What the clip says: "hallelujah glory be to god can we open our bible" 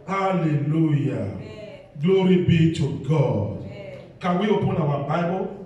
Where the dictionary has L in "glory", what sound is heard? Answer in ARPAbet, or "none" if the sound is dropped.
L